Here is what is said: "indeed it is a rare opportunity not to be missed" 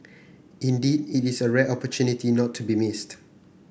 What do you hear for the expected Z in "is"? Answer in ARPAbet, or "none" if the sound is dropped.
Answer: S